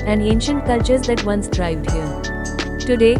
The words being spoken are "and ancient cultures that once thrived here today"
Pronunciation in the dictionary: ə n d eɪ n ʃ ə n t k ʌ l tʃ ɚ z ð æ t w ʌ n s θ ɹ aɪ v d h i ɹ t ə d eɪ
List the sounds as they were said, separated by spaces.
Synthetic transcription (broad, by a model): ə n d eɪ n ʃ ə n t k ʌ l tʃ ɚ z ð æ t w ʌ n s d ɹ aɪ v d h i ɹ t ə d eɪ